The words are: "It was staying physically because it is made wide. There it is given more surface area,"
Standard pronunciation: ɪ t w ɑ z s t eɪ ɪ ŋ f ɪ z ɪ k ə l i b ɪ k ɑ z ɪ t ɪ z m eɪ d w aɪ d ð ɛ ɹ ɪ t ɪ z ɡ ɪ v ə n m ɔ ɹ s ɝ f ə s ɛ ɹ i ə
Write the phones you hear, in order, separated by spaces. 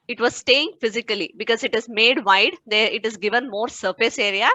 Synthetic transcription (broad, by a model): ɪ t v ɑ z s t eɪ ɪ ŋ f ɪ z ɪ k ə l i b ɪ k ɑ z ɪ t ɪ z m eɪ d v aɪ d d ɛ ɹ ɪ t ɪ z ɡ ɪ v ə n m ɔ ɹ s ɝ f ə s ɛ ɹ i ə